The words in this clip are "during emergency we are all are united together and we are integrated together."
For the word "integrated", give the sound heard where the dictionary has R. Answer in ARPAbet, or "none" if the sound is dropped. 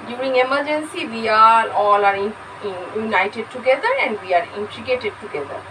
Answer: none